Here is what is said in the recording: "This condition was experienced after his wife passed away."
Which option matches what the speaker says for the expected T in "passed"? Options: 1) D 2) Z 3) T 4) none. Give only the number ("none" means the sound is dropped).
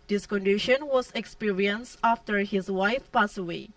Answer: 4